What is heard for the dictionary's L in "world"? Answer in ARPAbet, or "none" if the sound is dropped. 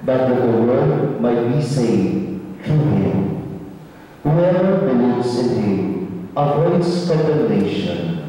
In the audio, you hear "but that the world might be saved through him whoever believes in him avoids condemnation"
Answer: none